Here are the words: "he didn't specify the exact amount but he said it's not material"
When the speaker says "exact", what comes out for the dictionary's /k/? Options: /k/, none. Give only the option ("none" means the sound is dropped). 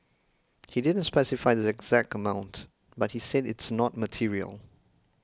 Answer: /k/